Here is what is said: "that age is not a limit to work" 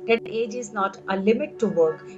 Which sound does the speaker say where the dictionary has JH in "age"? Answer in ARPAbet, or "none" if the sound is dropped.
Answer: JH